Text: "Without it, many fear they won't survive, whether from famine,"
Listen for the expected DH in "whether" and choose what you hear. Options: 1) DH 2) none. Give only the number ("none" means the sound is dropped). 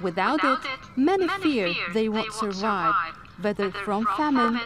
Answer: 1